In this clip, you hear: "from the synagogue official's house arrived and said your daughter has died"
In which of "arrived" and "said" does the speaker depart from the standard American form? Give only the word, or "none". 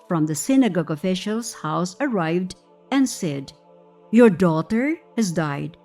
none